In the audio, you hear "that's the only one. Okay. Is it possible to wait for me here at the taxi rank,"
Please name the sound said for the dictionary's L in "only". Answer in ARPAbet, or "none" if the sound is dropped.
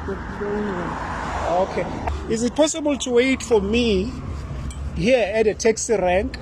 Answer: none